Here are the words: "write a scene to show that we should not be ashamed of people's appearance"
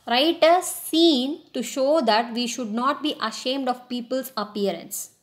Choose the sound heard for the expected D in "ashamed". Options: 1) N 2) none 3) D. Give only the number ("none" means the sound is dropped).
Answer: 3